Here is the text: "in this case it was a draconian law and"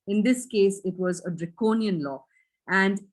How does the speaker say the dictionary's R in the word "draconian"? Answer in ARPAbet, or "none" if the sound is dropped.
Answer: R